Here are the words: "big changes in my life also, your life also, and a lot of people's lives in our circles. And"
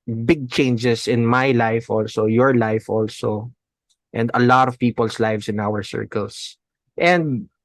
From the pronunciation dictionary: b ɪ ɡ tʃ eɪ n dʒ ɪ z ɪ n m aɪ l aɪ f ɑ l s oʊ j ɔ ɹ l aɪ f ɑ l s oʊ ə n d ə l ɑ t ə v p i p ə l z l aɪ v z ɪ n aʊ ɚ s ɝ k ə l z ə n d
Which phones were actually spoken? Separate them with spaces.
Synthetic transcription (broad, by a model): b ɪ ɡ tʃ eɪ n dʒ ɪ s ɪ n m aɪ l aɪ f ɑ l s oʊ j ɔ ɹ l aɪ f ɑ l s oʊ ə n d ə l ɑ t ə v p i p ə l s l aɪ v s ɪ n aʊ ɚ s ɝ k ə l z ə n d